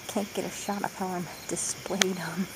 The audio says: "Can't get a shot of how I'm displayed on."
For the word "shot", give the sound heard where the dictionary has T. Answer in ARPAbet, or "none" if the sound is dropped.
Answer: T